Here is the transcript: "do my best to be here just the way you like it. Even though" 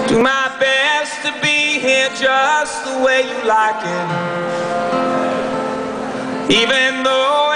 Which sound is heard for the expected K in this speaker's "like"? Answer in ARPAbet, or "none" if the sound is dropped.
K